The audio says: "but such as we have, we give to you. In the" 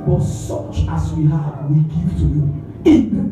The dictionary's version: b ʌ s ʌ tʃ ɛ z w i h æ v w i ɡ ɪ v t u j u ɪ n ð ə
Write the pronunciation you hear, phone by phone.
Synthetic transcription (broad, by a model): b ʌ s ʌ tʃ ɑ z w i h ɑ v w i ɡ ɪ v t u j u ɪ n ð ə